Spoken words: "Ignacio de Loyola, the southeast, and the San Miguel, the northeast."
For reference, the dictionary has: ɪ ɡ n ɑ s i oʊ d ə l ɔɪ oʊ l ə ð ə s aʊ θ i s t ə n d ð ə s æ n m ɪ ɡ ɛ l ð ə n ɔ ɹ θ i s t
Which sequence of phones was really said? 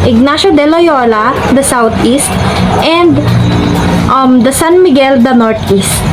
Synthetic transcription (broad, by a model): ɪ ɡ n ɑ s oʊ d ə l ɔɪ oʊ l ə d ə s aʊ t i s t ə n d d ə s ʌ n m ɪ ɡ ɛ l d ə n ɔ ɹ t i s t